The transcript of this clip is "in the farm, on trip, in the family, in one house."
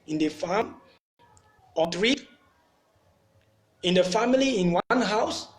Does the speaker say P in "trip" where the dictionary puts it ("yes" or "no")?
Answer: no